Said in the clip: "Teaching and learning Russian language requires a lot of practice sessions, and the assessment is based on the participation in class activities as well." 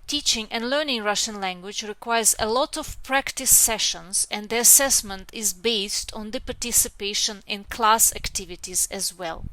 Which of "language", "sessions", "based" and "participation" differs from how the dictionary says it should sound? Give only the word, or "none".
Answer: none